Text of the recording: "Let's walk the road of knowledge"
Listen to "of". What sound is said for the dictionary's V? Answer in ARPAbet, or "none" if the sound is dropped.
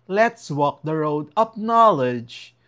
P